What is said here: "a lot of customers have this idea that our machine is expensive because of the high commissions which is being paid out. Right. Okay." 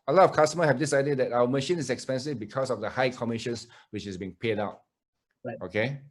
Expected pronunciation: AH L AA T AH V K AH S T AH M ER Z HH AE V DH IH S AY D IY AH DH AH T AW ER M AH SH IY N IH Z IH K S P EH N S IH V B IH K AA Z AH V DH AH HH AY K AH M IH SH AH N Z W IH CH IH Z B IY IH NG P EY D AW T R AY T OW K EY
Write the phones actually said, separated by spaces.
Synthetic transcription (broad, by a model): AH L AA T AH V K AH S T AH M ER HH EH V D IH S AY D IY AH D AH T AW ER M AH SH IY N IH S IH K S P EH N S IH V B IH K AA S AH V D AH HH AY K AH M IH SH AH N S W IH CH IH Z B IY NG P EY D AW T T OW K EY